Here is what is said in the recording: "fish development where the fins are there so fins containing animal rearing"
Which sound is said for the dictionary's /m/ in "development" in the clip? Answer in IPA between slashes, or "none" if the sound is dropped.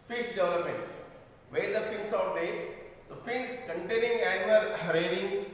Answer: /m/